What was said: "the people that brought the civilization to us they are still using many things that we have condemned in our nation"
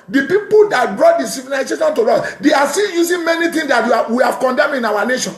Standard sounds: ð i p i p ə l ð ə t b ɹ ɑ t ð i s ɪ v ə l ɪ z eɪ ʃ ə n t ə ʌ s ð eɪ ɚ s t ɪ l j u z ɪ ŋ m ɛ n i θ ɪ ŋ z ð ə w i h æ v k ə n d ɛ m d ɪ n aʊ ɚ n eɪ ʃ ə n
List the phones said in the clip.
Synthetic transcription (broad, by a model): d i p i p ə l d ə t b ɹ ɑ t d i s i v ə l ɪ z eɪ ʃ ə n t ə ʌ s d eɪ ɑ s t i n j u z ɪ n m ɛ n i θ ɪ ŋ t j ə w i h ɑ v k ə n d ɛ m d ɪ n aʊ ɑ n eɪ ʃ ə n